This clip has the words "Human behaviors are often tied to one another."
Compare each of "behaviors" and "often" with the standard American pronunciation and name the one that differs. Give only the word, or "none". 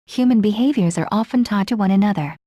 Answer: none